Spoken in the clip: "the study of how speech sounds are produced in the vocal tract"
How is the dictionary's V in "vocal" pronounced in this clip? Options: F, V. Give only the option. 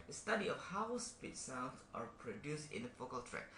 F